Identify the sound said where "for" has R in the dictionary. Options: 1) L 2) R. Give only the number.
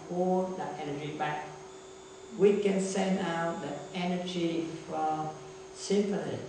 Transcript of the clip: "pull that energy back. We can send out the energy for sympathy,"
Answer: 1